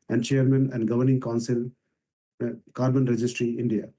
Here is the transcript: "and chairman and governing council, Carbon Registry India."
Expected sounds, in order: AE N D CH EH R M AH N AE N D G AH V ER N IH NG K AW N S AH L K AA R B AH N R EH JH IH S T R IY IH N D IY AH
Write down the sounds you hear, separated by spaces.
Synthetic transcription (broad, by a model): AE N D CH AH R M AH N AE N D G AH V ER N IH NG K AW N S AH L K AA R B AH N R EH JH IH S T R IY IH N D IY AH